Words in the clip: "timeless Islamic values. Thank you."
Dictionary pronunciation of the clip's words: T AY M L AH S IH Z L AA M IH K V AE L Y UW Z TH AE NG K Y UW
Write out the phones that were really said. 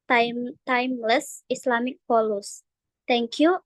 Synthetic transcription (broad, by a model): T AY M L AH S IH S L AA M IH K P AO L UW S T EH NG K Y UW